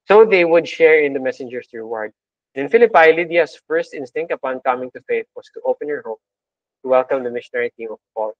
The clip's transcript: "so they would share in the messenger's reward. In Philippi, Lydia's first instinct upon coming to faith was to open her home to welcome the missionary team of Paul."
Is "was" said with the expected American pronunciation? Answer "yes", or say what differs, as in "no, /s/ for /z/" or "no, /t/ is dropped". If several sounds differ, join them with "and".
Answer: no, /s/ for /z/